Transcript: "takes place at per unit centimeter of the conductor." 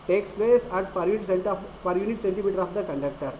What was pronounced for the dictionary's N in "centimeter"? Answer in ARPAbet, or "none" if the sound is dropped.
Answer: N